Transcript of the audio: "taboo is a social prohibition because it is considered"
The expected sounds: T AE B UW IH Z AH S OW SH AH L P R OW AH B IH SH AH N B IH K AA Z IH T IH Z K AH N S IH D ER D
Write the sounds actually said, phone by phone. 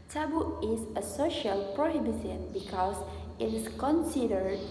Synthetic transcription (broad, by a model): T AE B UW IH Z AH S OW SH AH L P R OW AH B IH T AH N B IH K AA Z IH T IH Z K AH N S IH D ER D